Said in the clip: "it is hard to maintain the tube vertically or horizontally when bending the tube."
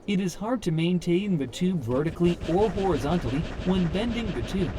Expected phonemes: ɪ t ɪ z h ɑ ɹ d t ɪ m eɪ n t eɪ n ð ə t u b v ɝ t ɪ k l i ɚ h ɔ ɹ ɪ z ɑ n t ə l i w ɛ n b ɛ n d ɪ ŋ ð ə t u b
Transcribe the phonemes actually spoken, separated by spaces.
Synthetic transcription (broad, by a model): ɪ t ɪ z h ɑ ɹ d t ɪ m eɪ n t eɪ n ð ə t u b v ɝ t ɪ k l i ɚ h ɔ ɹ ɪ z ɑ n t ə l i w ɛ n b ɛ n d ɪ ŋ ð ə t u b